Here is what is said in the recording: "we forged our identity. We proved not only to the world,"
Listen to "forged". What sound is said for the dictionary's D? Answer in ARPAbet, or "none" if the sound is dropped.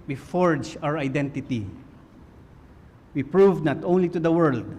none